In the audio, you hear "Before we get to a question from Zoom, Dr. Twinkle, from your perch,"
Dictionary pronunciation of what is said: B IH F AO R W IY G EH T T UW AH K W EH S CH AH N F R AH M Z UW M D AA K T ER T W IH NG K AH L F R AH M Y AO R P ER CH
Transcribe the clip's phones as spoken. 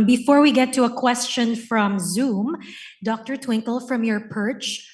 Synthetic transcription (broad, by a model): B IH F AO R W IY G EH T T UW AH K W EH S CH AH N F R AH M Z UW M D AA K T ER T W IH NG K AH L F R AH M Y AO R P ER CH